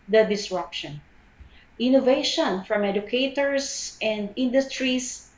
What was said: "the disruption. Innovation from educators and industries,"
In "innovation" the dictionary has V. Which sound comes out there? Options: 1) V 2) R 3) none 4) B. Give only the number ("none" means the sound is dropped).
1